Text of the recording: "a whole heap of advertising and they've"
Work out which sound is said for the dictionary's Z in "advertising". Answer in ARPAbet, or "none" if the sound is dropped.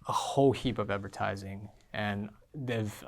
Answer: Z